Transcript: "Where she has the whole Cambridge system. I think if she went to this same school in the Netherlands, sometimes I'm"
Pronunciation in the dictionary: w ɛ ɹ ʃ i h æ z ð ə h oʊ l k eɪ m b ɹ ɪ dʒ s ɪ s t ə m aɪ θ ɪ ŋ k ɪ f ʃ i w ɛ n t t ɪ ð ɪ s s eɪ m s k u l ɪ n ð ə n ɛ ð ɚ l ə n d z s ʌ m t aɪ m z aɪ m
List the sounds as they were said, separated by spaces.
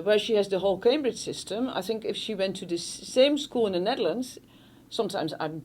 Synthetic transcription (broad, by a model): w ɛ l ʃ i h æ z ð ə h oʊ l k eɪ m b ɹ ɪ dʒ s ɪ s t ə m aɪ θ ɪ ŋ k ɪ f ʃ i w ɛ n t t ɪ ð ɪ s s eɪ m s k u l ɪ n ð ə n ɛ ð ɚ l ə n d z s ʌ m t aɪ m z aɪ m